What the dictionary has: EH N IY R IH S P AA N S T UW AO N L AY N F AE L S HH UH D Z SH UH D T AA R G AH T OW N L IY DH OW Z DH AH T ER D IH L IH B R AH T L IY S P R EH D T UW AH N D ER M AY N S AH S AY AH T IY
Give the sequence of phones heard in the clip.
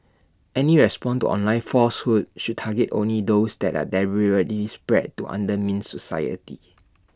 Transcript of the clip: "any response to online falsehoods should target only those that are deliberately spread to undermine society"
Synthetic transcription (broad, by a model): EH N IY R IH S P AA N T UW AO N L AY N F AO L S HH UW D SH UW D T AA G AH T OW N L IY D OW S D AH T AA D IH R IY R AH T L IY S P R EH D T UW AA N D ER M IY N S AH S AY AH T IY